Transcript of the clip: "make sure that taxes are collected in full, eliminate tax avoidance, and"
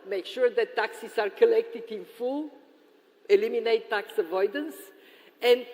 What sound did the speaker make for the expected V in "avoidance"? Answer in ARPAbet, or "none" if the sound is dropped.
V